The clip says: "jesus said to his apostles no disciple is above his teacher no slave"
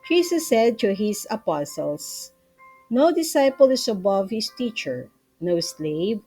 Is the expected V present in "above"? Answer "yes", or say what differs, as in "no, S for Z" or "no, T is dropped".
yes